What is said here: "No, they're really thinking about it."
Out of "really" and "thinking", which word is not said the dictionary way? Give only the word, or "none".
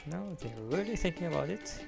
none